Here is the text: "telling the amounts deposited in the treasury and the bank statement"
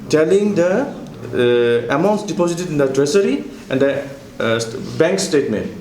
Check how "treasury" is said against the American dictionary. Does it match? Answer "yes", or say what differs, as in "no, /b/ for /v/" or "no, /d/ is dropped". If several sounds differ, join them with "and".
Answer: no, /s/ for /ʒ/